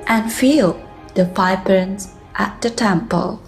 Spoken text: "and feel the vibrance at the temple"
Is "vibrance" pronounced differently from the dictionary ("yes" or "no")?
yes